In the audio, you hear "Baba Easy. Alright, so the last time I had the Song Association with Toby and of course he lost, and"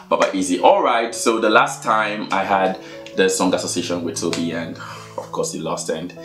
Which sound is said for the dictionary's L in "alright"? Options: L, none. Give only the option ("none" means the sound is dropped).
L